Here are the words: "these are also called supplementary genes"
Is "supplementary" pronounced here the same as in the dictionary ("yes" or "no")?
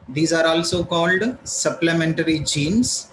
yes